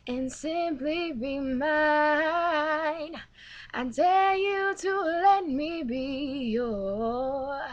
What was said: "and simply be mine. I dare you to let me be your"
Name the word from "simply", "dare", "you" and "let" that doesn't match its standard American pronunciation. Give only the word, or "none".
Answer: dare